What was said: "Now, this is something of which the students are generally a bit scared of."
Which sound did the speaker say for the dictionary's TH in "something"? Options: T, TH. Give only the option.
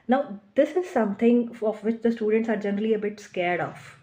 T